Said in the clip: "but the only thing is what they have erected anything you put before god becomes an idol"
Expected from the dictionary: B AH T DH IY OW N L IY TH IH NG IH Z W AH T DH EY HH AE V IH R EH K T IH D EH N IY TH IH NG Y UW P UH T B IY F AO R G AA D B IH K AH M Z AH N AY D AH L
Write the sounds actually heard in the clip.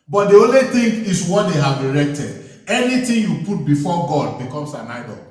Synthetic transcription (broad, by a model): B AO T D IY OW N L IY T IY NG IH S W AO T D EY HH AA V IH R EH K T IH D EH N IY T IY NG Y UW P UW T B IY F AO G AA D B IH K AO M S AH N AY D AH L